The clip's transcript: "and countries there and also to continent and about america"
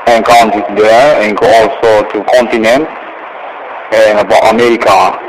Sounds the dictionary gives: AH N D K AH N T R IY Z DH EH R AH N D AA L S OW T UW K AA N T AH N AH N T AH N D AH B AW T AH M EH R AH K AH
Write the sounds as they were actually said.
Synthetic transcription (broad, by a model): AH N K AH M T IY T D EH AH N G AA L S OW T UW K AA N T AH N AH N T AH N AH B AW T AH M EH R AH K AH